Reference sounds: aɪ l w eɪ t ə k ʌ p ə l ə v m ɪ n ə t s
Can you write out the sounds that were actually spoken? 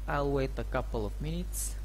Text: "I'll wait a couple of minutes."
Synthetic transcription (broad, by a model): aɪ l w eɪ t ə k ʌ p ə l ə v m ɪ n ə t s